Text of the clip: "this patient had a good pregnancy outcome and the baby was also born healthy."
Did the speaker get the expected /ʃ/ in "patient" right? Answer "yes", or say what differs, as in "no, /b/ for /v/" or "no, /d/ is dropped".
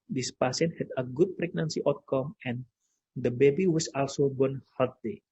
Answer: no, /s/ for /ʃ/